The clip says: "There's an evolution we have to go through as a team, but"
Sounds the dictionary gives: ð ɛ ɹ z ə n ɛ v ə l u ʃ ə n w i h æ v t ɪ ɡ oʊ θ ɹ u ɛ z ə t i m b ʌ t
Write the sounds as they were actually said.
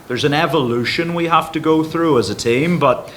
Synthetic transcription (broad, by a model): ð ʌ ɹ z ə n ɛ v ə l u ʃ ə n w i h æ f t ɪ ɡ oʊ θ ɹ u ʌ z ə t i m b ʌ t